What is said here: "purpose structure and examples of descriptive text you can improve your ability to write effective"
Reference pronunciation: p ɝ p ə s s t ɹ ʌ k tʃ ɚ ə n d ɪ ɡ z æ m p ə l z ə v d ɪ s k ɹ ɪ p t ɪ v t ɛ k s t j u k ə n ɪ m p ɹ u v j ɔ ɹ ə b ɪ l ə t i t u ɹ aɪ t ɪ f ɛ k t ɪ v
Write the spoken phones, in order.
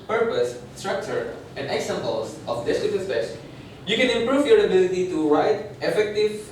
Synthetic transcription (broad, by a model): p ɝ p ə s s t ɹ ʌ k tʃ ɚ ə n d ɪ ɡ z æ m p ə l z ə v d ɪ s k ɪ t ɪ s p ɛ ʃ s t j u k ə n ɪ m p ɹ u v j ɔ ɹ ə b ɪ l ə t i t u ɹ aɪ t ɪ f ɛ k t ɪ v